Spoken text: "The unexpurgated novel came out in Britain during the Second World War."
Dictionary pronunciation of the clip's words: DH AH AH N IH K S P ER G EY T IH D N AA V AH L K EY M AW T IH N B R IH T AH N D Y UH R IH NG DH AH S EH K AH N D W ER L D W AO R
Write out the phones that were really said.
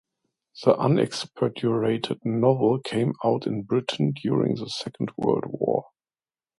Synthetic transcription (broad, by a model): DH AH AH N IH K S P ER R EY T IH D N AA V AH L K EY M AW T IH N B R IH T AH N D Y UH R IH NG DH AH S EH K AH N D W ER L D W AO R